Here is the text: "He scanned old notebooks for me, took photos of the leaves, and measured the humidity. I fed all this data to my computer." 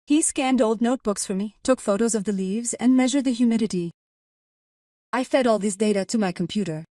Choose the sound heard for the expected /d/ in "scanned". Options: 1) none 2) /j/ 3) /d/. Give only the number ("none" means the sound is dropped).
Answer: 3